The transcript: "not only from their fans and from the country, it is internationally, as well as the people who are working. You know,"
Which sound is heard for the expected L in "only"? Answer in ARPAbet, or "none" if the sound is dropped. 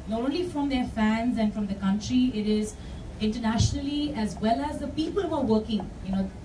L